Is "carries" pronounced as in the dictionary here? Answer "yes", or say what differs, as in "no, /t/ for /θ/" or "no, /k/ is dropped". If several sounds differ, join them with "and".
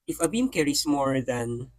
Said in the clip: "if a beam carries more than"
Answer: no, /s/ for /z/